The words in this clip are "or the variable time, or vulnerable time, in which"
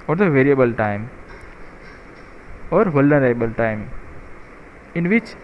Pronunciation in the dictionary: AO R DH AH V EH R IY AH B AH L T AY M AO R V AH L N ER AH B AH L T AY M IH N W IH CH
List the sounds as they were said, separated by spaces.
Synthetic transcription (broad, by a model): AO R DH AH V EH R IY AH B AH L T AY M AO R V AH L ER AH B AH L T AY M IH N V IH CH